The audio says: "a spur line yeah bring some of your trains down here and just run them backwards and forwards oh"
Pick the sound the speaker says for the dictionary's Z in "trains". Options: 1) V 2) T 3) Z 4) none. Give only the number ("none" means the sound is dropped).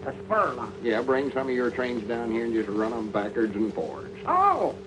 3